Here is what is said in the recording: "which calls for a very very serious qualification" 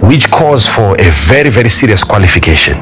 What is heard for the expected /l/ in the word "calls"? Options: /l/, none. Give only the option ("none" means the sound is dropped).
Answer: none